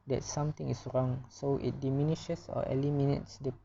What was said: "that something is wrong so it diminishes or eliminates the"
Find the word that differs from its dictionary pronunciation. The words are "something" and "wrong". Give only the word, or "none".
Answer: something